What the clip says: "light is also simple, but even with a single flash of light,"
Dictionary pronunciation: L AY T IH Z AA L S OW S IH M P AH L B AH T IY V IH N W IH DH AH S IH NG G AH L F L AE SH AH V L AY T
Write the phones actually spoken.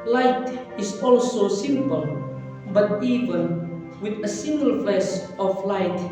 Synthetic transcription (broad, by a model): L AY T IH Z AA L S OW S IH M P AH L B AH T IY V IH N W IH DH AH S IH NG G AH L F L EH S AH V L AY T